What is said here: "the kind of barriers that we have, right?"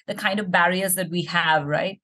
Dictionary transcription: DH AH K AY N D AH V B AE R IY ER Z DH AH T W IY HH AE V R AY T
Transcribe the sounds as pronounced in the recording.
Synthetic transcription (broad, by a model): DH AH K AY N D AH V B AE R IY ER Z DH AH T W IY HH AE V R AY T